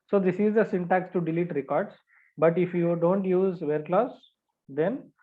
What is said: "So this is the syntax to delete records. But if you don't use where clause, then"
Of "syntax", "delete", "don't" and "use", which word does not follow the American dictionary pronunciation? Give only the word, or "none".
none